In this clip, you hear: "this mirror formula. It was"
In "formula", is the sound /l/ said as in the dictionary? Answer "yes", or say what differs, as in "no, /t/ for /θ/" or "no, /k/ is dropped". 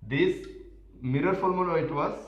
no, /n/ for /l/